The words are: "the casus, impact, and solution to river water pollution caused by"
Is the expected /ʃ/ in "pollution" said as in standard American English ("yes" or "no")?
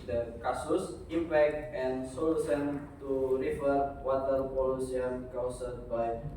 no